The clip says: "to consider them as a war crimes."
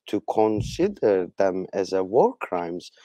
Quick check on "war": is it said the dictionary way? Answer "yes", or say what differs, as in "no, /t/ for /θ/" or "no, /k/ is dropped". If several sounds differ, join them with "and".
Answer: yes